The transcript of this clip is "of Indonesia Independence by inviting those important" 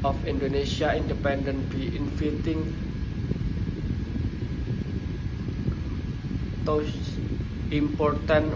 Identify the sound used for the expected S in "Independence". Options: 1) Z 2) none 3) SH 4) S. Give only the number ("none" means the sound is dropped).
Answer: 2